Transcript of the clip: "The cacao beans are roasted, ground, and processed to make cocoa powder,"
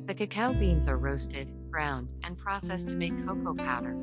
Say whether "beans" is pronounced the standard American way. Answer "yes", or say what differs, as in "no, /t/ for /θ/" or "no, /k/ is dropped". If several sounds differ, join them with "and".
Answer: yes